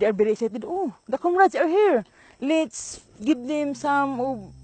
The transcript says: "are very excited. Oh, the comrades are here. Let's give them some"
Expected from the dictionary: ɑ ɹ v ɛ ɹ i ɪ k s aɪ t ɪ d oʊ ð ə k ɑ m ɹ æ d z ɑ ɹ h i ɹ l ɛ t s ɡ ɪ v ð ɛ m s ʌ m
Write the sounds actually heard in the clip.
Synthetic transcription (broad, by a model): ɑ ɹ b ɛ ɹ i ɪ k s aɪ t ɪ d oʊ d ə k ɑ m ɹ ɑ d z ɑ ɹ h i ɹ l ɛ t s ɡ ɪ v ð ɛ m s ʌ m